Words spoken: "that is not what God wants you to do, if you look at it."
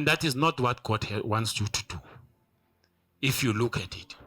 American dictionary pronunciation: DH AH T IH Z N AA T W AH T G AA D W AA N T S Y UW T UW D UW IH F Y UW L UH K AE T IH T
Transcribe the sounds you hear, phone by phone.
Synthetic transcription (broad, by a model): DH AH T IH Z N AA T W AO T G AA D W AA N T S Y UW T UW D UW IH F Y UW L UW K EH T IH T